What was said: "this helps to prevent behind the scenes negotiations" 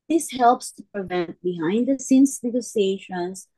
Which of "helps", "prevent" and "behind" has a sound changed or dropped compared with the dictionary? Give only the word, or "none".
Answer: none